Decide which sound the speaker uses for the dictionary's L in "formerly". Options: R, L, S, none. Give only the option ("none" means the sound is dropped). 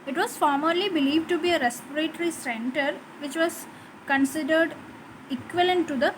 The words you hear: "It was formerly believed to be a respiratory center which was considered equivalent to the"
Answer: L